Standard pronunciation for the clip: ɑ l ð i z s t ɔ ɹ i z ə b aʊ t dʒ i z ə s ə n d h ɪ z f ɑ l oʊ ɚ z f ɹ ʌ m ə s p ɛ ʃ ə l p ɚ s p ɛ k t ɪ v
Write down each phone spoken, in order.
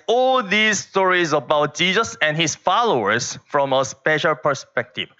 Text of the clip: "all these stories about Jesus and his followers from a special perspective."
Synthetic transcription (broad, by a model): ɑ l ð i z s t ɔ ɹ i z ə b aʊ t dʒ i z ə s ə n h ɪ s f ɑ l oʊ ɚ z f ɹ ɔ m ə s p ɛ ʃ ə l p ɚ s p ɛ k t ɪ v